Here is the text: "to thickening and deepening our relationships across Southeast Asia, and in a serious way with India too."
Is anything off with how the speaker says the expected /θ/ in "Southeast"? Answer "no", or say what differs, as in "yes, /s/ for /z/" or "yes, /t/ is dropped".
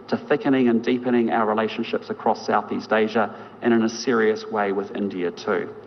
no